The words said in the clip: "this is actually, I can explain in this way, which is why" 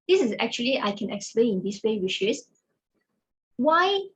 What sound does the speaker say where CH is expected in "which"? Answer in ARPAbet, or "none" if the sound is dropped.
SH